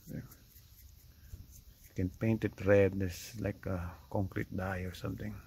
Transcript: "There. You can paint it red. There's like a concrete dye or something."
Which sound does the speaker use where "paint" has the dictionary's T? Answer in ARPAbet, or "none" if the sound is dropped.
T